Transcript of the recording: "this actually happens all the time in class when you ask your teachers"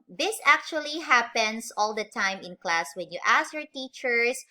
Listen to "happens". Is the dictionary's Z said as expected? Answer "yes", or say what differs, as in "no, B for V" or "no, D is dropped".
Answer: no, S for Z